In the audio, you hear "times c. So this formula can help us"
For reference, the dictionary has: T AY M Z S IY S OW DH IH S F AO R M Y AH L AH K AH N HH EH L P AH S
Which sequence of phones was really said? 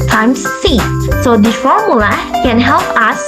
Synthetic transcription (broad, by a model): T AY M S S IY S OW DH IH F AO R M Y AH L AH K AH N HH EH L P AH S